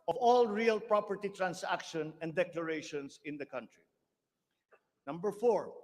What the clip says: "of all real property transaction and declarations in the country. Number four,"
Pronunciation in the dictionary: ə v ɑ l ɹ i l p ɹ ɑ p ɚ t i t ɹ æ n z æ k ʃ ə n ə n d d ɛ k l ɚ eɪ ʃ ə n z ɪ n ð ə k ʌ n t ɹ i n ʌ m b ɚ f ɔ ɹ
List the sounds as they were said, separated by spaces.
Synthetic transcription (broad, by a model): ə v ɑ l ɹ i l p ɹ ɑ p ɚ t i t ɹ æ n s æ k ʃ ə n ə n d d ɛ k l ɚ eɪ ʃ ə n s ɪ n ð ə k ʌ n t ɹ i n ʌ m b ɚ f ɔ ɹ